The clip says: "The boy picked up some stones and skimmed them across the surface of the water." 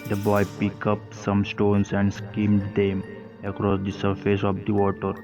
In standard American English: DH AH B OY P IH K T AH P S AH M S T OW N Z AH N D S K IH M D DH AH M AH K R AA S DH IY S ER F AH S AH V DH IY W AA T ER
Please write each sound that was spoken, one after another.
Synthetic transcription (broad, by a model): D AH B OY P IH K AH P S AH M S T OW N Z AH N D S K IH M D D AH M AH K R AA S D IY S ER F AH S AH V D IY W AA T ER